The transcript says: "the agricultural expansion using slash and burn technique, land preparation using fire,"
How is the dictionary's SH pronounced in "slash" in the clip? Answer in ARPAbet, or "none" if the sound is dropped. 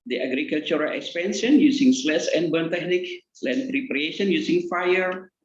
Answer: S